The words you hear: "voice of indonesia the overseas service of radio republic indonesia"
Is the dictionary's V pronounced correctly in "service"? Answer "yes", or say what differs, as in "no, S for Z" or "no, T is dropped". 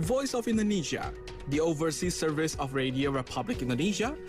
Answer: yes